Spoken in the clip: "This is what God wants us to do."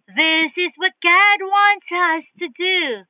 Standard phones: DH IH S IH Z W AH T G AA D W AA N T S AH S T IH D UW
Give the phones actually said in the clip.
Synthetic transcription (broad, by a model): DH IH S IH Z W AH T G AA D W AA N T S AH S T IH D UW